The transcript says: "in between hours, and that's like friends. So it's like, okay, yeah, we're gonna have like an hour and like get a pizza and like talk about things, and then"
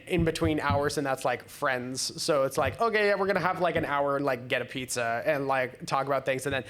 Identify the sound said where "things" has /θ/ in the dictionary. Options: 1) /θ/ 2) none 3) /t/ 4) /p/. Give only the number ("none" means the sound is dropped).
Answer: 1